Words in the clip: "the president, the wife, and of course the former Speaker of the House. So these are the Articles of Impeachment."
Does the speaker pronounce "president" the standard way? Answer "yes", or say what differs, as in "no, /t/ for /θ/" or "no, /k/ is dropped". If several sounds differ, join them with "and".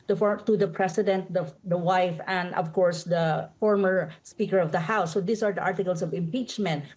no, /s/ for /z/